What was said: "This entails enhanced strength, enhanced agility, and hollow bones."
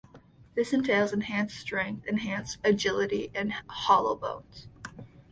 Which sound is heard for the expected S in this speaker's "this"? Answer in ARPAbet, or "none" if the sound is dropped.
S